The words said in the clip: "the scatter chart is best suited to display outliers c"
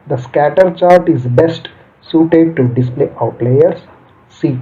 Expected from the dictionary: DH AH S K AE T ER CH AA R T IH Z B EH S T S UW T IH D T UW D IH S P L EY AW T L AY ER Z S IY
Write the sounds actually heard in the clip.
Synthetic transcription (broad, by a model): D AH S K AE T ER CH AA R T IH Z B EH S T S UW T IH D T UW D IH S P L EY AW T L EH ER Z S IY